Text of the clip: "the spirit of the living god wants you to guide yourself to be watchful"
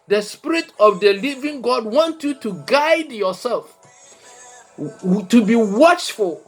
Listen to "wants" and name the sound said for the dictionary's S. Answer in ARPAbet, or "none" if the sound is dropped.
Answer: none